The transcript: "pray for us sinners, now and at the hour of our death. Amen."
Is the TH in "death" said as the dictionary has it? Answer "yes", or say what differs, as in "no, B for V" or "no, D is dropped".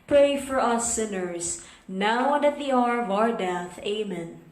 yes